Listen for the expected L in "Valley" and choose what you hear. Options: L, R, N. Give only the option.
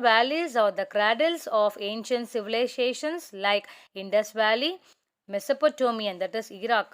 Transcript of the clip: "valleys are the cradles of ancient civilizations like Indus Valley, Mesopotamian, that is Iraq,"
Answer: L